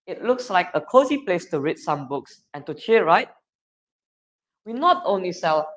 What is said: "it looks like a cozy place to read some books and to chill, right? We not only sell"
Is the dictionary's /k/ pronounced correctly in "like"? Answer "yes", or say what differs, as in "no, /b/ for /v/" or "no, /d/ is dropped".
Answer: yes